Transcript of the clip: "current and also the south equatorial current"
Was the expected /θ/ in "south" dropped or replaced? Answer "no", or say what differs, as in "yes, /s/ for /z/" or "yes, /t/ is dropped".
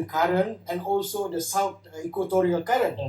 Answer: yes, /t/ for /θ/